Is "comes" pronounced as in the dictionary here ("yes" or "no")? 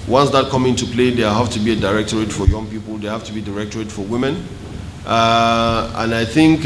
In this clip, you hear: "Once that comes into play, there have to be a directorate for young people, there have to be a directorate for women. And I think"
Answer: no